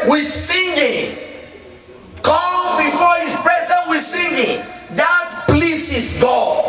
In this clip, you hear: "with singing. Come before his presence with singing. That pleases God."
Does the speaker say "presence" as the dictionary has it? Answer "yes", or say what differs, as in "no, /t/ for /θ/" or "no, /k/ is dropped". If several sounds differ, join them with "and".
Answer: no, /s/ is dropped